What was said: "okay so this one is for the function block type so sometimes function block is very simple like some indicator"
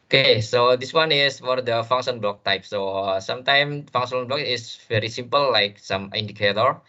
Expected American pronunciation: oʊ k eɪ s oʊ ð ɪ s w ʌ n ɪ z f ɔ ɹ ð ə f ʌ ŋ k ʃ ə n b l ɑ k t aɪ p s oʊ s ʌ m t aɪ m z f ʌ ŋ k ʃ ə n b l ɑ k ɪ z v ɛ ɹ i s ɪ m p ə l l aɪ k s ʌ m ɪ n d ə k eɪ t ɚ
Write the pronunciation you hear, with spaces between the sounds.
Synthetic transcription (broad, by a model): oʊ k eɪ s oʊ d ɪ s w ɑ n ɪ s f ɔ ɹ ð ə f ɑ ŋ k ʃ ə n b l ɑ k t aɪ p s oʊ s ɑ m t aɪ m f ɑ ŋ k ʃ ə n b l ɑ k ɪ s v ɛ ɹ i s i m p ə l l aɪ k s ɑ m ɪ n d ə k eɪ t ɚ